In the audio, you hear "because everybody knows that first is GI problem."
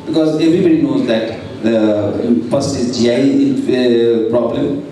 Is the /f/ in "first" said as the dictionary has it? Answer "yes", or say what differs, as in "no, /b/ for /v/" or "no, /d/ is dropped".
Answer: no, /p/ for /f/